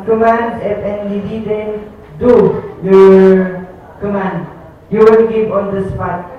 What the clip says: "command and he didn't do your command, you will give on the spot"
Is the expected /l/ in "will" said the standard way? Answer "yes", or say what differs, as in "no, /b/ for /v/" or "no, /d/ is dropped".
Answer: no, /n/ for /l/